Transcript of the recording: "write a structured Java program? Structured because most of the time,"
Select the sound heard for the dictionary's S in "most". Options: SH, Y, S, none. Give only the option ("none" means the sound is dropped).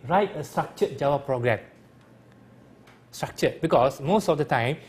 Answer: S